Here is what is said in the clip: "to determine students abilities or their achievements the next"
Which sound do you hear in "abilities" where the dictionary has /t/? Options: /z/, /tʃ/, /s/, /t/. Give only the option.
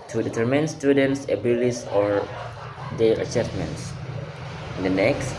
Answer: /s/